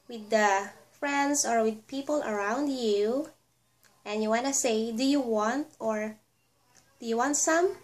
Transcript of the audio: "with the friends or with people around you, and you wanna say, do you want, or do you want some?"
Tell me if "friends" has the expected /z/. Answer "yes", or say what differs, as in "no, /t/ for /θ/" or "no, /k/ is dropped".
no, /s/ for /z/